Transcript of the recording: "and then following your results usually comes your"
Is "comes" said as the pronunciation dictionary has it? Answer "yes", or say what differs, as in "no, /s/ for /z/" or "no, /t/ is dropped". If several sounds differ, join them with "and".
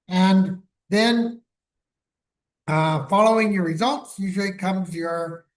yes